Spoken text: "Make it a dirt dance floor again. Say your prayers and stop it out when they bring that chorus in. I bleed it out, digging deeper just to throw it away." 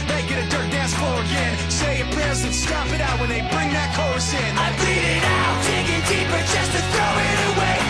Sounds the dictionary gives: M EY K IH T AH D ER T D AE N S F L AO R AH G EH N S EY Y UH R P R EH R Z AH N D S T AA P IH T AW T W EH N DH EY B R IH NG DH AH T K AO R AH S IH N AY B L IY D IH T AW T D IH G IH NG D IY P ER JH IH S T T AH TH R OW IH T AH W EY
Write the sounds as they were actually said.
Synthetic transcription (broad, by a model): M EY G IH T AH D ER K D AE N S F AO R AH G EH N S EY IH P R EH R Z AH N S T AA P IH T AW T W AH N DH EY B R IH NG DH AH T K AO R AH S IH N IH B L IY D IH T AW T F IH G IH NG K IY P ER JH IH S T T TH R OW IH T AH W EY